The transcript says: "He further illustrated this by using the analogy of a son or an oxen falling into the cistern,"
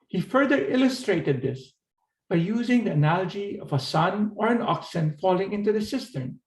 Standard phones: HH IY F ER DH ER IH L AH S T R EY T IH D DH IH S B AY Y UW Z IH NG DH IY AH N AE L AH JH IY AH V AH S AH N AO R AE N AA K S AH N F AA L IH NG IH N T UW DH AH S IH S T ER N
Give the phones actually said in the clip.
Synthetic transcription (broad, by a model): HH IY F ER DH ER IH L AH S T R EY T IH D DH IH S B AY Y UW Z IH NG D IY AH N AE L AH JH IY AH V AH S AH N AO R AE N AA K S AH N F AA L IH NG IH N T UW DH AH S IH S T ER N